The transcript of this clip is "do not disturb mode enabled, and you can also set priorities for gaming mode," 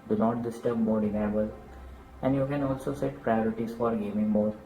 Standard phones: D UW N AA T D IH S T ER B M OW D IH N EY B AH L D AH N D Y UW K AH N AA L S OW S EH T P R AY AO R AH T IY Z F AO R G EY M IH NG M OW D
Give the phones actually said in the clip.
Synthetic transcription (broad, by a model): D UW N AA T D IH S T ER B M OW D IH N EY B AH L AH N D Y UW K AH N AA L S OW S EH T P R AY AO R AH T IY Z F AO R G EY M IH NG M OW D